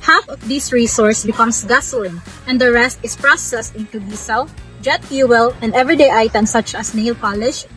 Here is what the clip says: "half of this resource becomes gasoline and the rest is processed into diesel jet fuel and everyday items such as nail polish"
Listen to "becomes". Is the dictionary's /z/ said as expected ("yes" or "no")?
no